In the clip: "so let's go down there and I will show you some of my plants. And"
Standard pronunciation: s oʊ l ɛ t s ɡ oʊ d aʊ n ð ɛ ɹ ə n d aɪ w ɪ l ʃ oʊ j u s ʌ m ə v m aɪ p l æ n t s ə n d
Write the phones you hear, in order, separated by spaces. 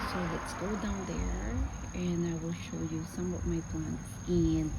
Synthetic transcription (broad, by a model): s oʊ l ɛ t s ɡ oʊ d aʊ n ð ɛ ɹ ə n aɪ w ɪ l ʃ oʊ j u s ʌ m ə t m aɪ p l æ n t ə n